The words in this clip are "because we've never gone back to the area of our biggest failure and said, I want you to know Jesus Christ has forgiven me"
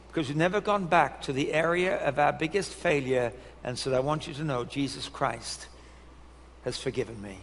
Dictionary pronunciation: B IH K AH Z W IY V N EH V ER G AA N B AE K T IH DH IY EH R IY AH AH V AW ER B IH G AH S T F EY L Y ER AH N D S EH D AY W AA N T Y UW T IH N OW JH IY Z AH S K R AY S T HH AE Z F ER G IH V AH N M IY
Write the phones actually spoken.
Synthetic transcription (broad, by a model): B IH K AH Z W IY V N EH V ER G AA N B AE K T IH DH IY EH R IY AH AH V AW ER B IH G AH S T F EY L Y ER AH N S EH D AY W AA N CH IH T IH N OW JH IY Z AH S K R AY S T HH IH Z F ER G IH V AH N M IY